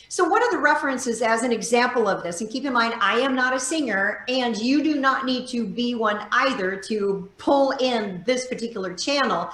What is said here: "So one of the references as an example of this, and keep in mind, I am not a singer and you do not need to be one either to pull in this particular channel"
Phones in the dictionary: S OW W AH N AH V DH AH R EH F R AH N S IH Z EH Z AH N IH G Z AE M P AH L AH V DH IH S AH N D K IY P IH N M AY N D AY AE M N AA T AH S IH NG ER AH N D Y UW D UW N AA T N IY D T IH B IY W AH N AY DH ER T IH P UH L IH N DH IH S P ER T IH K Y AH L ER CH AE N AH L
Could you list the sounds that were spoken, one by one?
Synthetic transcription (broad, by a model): S OW W AH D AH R DH AH R EH F R AH N S IH Z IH Z AH N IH G Z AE M P L AH V DH IH S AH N K IY P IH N M AY N D AY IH M N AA T AH S IH NG ER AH N Y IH D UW N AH T N IY D T IH B IY W AH N AY DH ER T IH P UH L IH N DH IH S P ER T IH K Y L ER CH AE N L